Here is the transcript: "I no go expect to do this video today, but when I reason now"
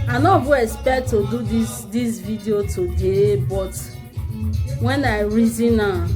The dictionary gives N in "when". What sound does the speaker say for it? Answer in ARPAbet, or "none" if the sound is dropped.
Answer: N